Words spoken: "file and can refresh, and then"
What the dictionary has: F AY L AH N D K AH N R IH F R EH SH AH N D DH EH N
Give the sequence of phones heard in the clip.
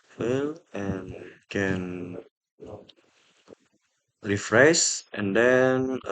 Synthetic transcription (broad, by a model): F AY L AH N K AH N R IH F R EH S AH N D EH N